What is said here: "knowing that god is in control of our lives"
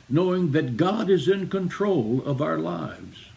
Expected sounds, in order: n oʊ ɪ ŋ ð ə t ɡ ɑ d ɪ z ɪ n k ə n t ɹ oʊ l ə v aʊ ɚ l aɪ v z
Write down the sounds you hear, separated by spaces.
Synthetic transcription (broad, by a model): n oʊ ɪ ŋ ð ə t ɡ ɑ d ɪ z ɪ n k ə n t ɹ oʊ l ə v aʊ ɚ l aɪ v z